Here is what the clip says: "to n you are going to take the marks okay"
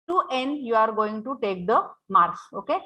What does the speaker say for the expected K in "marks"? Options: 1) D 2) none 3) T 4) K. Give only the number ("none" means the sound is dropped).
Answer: 2